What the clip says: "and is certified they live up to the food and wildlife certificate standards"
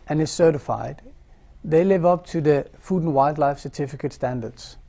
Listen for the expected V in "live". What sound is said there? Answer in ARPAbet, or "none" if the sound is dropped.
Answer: V